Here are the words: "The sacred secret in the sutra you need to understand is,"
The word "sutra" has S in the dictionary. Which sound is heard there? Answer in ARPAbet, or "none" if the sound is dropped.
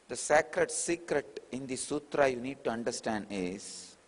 S